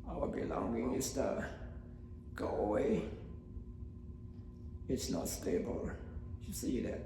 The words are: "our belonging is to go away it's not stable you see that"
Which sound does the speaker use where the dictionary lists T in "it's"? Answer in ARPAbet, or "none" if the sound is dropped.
T